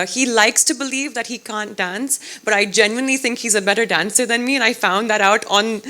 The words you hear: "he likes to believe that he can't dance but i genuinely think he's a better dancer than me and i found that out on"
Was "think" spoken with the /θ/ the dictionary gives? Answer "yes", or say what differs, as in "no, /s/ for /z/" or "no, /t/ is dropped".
yes